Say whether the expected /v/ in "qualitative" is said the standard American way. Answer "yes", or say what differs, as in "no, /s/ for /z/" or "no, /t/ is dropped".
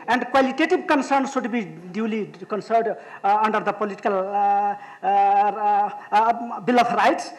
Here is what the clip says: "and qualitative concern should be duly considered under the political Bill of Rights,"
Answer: no, /b/ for /v/